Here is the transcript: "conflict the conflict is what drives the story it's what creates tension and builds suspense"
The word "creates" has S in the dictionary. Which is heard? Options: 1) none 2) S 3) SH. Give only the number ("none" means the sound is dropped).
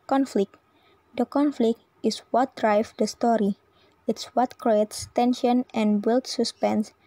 2